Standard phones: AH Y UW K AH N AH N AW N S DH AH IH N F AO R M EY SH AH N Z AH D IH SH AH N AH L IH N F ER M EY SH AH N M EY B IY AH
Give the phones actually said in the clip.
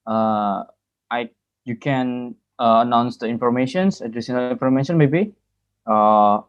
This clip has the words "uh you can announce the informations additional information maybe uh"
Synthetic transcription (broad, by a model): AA Y UW K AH N AH N AW N S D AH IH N F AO R M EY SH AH N S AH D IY S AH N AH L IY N F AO M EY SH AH N M EY B IY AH